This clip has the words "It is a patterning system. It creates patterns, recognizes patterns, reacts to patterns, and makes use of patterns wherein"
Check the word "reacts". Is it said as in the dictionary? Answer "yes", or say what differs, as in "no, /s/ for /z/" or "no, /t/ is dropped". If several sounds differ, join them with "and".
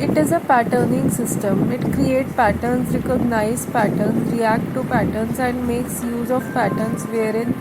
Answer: no, /s/ is dropped